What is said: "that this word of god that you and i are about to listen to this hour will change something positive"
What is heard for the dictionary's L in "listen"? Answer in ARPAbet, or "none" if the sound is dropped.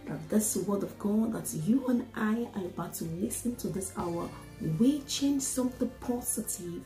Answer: L